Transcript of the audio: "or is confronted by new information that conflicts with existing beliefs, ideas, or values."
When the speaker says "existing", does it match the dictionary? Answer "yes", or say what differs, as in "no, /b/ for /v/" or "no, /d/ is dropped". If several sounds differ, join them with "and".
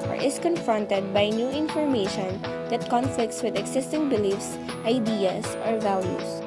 no, /s/ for /z/